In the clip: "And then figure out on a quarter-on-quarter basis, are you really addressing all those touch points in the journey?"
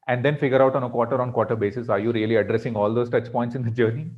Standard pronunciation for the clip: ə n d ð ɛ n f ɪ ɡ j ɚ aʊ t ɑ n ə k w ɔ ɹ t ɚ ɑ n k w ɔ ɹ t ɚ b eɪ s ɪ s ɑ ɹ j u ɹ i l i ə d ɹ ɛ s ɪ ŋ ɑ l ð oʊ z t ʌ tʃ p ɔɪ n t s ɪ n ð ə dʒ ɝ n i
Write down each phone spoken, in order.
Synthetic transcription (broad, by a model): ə n d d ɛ n f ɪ ɡ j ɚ aʊ t ɑ n ə k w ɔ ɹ t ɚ ɑ n k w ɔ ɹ t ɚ b eɪ s ɪ s ɑ ɹ j u ɹ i l i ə d ɹ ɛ s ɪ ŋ ɑ l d oʊ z t ʌ tʃ p ɔɪ n t s ɪ n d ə dʒ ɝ n i